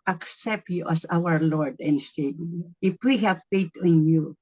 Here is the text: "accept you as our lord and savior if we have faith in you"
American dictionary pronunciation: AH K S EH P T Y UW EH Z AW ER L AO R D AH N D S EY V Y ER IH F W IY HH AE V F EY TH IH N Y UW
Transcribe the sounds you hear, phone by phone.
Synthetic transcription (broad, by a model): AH K S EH P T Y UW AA S AW ER L AO R D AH N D S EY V IH F W IY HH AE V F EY T IH N Y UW